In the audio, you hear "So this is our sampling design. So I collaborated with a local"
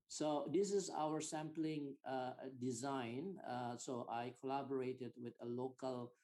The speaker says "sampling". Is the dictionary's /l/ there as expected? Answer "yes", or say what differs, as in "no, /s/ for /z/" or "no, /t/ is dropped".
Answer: yes